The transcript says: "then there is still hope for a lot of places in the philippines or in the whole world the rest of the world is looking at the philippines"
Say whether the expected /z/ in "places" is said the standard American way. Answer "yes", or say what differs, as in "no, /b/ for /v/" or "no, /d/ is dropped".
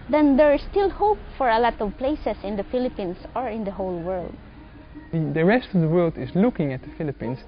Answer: no, /s/ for /z/